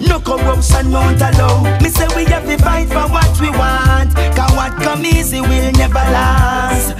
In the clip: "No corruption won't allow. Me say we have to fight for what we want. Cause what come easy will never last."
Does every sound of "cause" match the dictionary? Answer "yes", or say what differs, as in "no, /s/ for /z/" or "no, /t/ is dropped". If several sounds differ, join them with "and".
no, /z/ is dropped